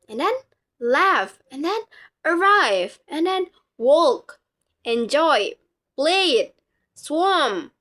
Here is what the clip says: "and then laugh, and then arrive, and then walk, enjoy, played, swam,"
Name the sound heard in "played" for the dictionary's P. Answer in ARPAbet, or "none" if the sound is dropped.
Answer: B